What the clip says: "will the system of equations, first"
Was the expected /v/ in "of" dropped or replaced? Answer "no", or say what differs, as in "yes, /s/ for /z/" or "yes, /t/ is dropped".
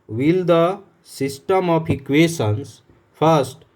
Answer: yes, /p/ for /v/